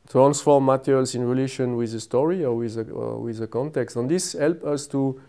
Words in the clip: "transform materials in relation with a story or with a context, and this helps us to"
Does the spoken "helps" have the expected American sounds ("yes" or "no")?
no